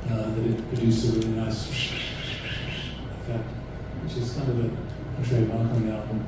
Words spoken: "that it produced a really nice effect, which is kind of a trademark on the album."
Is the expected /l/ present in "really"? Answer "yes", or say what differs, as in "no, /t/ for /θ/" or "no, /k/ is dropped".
no, /l/ is dropped